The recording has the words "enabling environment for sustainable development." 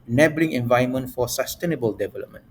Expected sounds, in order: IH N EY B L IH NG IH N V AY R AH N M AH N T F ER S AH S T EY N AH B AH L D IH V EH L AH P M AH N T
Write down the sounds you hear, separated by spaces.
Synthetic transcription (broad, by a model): N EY B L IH NG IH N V AY AH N M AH N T F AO S AH S T EY N AH B AH L D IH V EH L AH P M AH N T